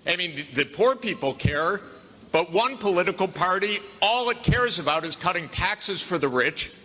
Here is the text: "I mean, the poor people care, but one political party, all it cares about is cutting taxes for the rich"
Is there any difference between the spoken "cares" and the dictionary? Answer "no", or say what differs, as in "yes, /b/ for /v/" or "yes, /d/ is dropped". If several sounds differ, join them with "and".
no